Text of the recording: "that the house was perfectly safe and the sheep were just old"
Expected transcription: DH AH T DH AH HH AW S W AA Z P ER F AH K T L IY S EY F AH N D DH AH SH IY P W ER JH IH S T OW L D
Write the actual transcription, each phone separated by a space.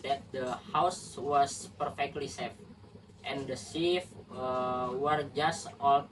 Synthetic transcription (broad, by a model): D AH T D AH HH AW S W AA S P ER F AH K T L IY S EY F AH N D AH S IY F W ER JH IH S T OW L